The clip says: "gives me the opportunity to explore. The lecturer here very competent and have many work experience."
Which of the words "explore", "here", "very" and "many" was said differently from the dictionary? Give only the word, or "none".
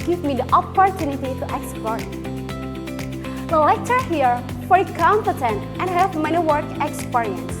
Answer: very